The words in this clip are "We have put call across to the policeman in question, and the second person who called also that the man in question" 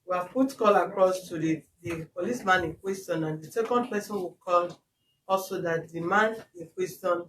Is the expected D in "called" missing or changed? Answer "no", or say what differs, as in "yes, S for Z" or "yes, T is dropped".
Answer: yes, D is dropped